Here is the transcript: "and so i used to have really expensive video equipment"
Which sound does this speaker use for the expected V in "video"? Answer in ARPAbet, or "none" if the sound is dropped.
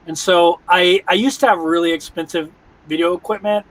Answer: V